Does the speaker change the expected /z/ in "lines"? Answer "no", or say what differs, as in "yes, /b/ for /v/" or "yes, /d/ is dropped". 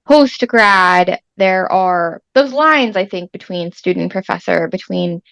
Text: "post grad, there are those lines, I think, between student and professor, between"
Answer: no